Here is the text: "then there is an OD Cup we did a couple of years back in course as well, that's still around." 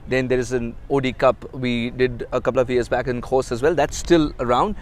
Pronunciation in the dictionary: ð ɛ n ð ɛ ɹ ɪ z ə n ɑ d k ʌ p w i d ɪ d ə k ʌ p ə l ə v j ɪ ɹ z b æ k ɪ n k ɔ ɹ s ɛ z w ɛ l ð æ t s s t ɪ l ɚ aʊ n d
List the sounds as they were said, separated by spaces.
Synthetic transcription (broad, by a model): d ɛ n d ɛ ɹ ɪ z ə n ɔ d k ʌ p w i d ɪ d ə k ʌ p l ə v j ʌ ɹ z b æ k ɪ n k ɔ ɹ s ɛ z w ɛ l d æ t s s t ɪ l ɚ aʊ n d